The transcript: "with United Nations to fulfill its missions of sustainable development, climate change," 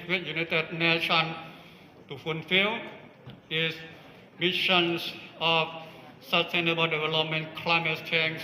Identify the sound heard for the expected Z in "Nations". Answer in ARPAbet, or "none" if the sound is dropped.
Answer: none